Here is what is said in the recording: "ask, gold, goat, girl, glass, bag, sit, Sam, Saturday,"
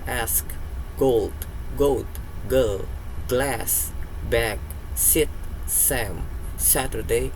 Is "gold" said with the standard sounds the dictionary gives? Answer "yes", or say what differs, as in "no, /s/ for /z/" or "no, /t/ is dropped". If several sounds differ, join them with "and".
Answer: yes